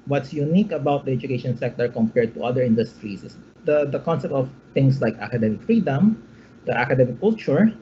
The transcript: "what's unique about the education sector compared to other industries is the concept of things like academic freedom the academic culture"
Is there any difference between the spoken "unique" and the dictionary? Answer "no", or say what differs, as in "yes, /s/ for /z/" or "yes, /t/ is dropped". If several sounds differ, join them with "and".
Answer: no